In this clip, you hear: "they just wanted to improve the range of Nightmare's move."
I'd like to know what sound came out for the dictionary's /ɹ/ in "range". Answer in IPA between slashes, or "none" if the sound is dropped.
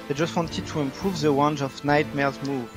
/w/